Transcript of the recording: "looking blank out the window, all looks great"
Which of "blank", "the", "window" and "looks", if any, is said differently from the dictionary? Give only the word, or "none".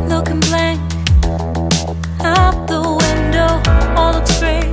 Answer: looks